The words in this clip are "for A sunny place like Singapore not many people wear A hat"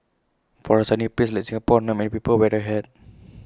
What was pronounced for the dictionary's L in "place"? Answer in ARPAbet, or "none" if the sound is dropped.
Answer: none